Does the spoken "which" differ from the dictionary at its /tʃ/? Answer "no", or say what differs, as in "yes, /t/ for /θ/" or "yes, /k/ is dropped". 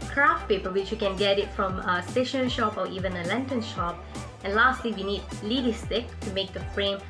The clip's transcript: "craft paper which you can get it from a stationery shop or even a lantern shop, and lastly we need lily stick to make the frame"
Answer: no